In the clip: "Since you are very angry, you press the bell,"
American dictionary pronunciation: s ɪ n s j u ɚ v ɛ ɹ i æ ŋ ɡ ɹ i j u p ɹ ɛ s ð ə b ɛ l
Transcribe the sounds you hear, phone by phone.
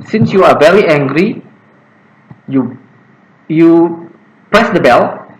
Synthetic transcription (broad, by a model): s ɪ n s j u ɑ v ɛ ɹ i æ ŋ ɡ ɹ i j u p ɹ ɛ s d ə b ɛ l